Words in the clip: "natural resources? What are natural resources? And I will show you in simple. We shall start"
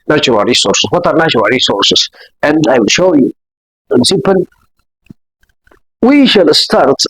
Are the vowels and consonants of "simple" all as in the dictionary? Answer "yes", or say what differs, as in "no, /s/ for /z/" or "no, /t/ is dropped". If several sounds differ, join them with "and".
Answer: no, /m/ is dropped and /n/ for /l/